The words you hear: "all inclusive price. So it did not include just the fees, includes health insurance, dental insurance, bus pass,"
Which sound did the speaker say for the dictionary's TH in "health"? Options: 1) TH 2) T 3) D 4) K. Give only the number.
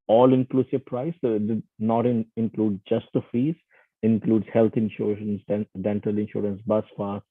2